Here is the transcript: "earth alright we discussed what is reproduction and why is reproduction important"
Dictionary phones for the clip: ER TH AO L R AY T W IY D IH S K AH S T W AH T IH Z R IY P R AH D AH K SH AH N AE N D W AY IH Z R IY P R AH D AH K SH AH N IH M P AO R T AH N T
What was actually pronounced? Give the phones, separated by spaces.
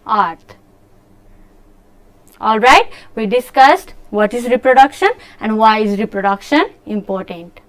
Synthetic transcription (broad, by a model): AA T AO L R AY T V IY D IH S K AH S T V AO T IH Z R IY P R AH D AH K SH AH N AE N D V AY IH Z R IY P R AH D AH K SH AH N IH M P AO R T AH N T